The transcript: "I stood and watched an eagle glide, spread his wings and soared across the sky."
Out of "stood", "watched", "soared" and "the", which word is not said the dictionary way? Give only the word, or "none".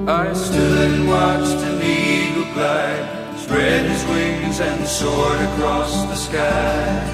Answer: none